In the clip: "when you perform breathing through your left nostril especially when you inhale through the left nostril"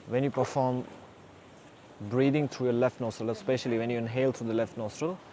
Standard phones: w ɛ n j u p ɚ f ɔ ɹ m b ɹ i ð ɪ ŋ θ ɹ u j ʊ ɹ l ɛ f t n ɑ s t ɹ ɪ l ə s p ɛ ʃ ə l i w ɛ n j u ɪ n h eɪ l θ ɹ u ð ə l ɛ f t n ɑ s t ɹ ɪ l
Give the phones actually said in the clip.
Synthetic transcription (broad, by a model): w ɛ n j u p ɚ f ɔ m b ɹ i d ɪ ŋ t ɹ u j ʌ l ɛ f t n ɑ s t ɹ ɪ l ə s p ɛ ʃ ə l i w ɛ n j u ɪ n h eɪ l t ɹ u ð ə l ɛ f t n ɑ s t ɹ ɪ l